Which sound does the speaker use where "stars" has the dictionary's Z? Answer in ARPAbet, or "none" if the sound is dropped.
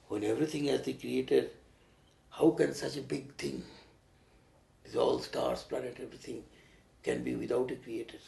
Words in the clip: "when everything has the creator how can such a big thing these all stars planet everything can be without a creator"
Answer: S